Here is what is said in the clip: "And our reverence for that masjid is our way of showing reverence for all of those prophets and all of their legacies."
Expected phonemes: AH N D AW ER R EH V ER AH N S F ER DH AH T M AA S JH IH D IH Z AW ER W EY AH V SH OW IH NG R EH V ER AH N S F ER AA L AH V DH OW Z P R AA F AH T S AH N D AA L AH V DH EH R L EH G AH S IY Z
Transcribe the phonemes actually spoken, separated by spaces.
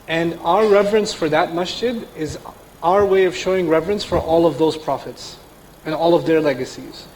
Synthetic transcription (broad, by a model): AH N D AW ER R EH V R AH N S F ER DH AH T M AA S CH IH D IH Z AW ER W EY AH V SH OW IH NG R EH V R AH N S F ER AA L AH V DH OW Z P R AA F AH T S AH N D AA L AH V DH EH R L EH G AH S IY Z